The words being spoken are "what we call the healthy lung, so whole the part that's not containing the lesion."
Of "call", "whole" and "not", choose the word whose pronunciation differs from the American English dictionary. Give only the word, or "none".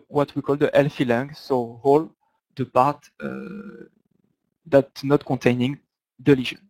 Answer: none